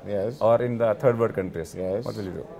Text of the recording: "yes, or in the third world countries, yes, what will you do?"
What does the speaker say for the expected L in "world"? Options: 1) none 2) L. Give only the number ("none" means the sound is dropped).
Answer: 1